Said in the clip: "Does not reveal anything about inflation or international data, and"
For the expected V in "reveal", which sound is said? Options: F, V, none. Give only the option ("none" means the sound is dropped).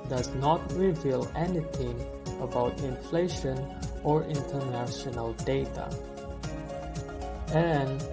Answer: V